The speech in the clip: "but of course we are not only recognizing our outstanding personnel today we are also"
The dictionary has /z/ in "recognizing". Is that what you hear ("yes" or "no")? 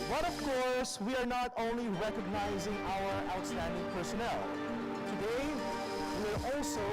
yes